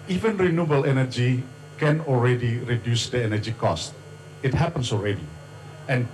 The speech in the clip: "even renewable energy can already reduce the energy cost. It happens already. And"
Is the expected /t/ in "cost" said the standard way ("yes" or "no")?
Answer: yes